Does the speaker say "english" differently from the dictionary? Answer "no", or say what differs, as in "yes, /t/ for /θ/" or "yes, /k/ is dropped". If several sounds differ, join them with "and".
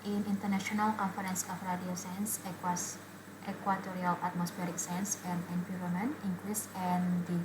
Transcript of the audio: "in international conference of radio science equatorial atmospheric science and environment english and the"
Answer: yes, /s/ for /ʃ/